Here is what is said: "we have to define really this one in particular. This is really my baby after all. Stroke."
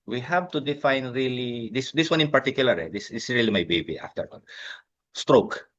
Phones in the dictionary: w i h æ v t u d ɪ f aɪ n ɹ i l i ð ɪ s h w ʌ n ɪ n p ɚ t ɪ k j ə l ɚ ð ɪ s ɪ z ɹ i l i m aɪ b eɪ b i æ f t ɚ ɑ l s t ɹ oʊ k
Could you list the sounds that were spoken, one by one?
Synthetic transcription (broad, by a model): w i h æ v t u d ɪ f aɪ n ɹ i l i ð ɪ s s w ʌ n ɪ n p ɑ t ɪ k j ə l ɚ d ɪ s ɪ s ɹ i l i m aɪ b eɪ b i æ f t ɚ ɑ n s t ɹ oʊ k